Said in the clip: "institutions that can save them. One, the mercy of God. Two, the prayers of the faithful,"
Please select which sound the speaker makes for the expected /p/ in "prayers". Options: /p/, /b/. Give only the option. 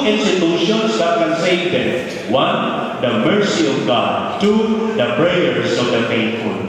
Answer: /b/